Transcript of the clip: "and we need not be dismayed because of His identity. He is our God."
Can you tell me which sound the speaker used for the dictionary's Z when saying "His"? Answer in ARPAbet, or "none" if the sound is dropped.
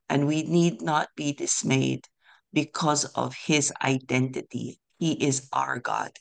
Z